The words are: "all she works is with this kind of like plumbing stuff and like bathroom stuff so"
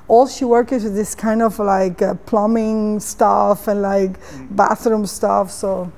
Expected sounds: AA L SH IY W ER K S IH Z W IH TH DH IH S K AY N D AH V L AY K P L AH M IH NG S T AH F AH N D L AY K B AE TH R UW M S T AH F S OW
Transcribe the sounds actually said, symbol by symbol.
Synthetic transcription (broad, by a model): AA L SH IY W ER K IH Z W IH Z DH IH S K AY N D AH V L AY K P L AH M IH NG S T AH F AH N L AY K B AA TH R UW M S T AH F S OW